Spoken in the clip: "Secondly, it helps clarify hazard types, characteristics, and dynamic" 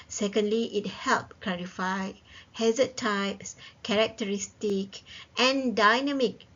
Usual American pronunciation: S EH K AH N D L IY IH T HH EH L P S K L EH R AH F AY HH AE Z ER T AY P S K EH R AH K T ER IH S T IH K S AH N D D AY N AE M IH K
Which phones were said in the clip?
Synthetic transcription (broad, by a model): S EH K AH N D L IY IH T HH EH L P K L EH R AH F AY HH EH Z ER T AY P S K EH R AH K T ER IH S T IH K AH N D D AY N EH M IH K